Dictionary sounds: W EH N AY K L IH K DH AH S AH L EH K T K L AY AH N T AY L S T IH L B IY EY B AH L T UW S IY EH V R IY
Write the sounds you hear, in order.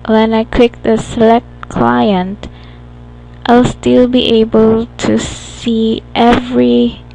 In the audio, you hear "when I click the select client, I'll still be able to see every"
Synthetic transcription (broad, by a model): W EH N AY K W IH K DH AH S AH L EH K T K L AY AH N T AY L S T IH L B IY EY B AH L T UW S IY EH V R IY